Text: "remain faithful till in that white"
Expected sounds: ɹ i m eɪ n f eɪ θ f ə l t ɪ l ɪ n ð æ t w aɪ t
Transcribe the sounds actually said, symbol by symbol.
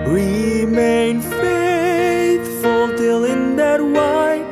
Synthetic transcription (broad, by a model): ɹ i m eɪ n f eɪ t f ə l t ɪ l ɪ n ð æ t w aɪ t